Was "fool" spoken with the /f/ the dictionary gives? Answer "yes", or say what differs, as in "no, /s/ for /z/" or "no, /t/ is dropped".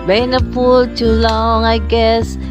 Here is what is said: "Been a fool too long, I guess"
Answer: no, /p/ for /f/